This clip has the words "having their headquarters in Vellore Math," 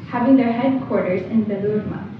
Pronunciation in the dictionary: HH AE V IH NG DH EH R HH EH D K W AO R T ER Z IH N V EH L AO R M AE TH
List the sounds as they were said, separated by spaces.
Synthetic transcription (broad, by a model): HH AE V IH NG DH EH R HH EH D K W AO R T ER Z IH N B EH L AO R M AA